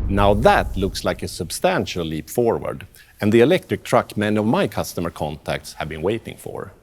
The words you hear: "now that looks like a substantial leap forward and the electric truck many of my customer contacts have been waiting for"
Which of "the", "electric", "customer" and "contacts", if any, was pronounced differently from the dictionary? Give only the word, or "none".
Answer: none